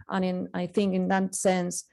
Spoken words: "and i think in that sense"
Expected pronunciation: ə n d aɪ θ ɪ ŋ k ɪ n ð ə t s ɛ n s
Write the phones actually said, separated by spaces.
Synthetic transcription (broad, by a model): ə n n aɪ θ ɪ ŋ k ɪ n ð ə t s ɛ n s